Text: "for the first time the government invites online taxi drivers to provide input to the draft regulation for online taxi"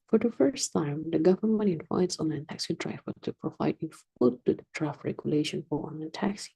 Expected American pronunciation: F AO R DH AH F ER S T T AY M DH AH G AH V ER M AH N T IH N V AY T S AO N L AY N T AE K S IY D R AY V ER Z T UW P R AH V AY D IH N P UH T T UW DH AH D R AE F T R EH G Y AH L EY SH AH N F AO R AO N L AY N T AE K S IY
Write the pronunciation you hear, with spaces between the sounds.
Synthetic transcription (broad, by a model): F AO R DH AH F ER S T T AY M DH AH G AH V ER M AH N T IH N F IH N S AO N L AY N T AE K S IY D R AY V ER T UW P R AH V AY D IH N F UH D T UW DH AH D R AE F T R EH G Y AH L EY SH AH N F AO R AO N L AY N T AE K S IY